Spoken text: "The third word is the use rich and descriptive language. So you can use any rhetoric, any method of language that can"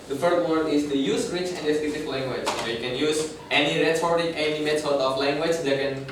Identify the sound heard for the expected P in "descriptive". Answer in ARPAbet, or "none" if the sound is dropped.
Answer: none